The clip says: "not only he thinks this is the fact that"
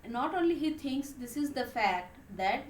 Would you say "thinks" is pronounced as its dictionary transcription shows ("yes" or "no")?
no